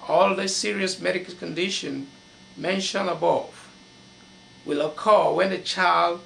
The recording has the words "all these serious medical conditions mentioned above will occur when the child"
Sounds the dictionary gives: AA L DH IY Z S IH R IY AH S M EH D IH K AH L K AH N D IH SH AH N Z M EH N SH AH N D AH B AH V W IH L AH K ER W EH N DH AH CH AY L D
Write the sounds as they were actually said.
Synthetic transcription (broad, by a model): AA L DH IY S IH R IY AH S M EH D IH K AH L K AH N D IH SH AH N M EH N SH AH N AH B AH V W IH L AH K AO W EH N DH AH CH AY L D